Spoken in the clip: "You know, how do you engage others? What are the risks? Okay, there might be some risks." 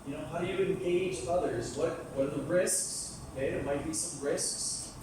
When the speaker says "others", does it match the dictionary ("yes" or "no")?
yes